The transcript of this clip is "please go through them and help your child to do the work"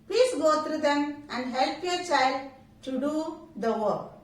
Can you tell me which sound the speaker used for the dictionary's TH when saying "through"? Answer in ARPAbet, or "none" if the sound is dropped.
T